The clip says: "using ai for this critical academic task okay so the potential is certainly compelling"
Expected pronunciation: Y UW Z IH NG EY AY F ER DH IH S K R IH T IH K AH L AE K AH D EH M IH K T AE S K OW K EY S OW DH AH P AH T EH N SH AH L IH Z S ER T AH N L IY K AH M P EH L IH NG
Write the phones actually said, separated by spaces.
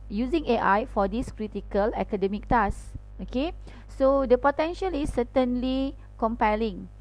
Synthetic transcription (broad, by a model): Y UW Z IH NG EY AY F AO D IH S K R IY T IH K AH L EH K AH D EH M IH K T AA S OW K EY S OW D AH P AH T EH N SH AH L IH S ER T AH N L IY K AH M P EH L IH NG